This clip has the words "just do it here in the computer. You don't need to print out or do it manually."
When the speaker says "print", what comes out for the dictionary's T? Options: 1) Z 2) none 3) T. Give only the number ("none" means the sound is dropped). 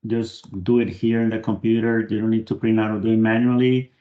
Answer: 2